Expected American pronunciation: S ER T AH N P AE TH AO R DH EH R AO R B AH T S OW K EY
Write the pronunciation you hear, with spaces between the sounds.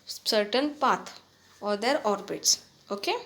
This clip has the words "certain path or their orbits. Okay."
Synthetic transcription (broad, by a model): S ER T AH N P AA T AO R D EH R AO R B AH T S OW K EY